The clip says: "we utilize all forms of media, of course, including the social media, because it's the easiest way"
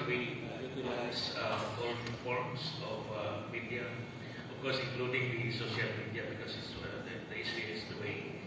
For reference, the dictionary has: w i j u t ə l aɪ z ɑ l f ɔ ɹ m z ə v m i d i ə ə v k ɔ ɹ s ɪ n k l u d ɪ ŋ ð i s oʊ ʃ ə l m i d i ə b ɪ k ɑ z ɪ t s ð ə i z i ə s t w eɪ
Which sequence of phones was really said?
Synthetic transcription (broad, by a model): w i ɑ s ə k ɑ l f ɔ ɹ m s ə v m i d i ə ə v k ɔ ɹ s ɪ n k l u d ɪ ŋ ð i s oʊ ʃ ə l m i d i ə b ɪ k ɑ s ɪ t s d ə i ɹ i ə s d w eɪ